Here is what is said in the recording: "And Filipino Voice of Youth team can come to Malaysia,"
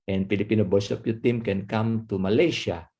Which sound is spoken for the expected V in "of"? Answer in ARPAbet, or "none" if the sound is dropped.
P